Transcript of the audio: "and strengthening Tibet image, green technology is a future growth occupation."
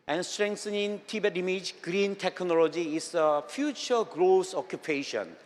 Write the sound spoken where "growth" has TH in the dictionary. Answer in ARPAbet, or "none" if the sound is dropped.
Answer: S